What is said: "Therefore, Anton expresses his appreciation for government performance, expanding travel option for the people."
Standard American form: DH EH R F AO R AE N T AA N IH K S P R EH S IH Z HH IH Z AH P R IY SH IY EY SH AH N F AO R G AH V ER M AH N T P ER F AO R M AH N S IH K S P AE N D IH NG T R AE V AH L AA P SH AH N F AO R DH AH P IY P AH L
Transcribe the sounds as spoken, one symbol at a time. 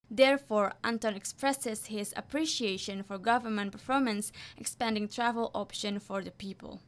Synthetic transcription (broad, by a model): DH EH R F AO R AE N T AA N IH K S P R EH S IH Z HH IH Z AH P R IY SH IY EY SH AH N F AO R G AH V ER M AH N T P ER F AO R M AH N S IH K S P AE N D IH NG T R AE V AH L AA P SH AH N F AO R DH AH P IY P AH L